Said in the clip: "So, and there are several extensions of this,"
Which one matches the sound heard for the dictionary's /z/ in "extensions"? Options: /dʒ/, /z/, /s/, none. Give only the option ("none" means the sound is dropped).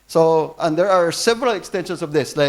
/s/